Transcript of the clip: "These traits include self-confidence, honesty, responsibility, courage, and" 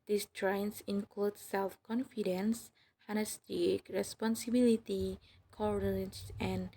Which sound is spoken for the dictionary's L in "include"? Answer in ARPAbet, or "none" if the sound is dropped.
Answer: L